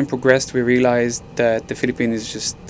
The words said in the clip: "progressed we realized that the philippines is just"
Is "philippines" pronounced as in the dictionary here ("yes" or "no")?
no